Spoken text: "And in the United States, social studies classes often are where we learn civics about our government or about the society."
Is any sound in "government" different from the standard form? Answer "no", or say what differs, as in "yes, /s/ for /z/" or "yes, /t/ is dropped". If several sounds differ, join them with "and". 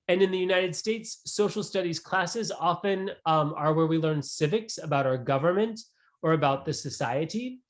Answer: no